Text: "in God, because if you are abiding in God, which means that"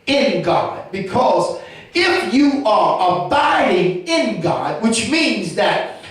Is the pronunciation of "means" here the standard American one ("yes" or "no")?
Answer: yes